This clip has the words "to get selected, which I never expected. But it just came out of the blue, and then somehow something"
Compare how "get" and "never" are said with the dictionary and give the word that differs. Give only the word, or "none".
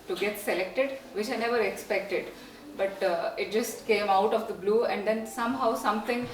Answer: none